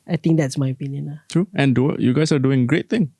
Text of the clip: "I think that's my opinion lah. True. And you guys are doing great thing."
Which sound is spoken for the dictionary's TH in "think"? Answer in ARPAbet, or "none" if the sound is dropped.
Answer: T